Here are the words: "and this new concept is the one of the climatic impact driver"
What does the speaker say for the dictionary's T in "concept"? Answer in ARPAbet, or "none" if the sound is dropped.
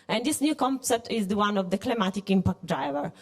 T